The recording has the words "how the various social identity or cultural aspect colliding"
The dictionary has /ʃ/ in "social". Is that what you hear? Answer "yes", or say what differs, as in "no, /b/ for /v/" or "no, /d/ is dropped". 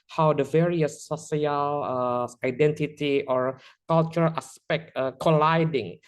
no, /ʃ/ is dropped